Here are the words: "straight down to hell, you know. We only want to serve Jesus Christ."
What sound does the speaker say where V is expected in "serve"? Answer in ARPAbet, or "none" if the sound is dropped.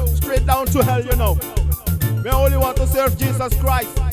V